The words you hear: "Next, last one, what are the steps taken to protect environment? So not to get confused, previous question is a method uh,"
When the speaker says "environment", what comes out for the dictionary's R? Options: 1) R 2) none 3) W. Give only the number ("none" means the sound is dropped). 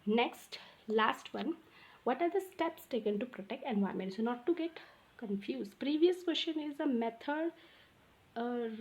2